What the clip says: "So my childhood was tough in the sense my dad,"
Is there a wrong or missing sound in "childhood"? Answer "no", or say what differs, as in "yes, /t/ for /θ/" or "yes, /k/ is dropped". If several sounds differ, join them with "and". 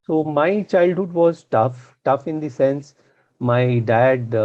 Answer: no